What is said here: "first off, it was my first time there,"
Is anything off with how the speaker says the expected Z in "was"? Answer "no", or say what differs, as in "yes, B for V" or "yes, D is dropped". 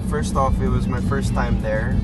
no